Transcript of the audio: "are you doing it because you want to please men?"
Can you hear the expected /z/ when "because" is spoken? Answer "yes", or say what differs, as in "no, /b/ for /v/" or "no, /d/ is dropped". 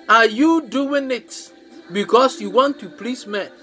no, /s/ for /z/